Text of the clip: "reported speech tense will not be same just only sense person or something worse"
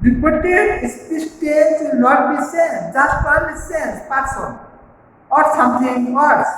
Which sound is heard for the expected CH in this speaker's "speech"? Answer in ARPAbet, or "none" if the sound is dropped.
S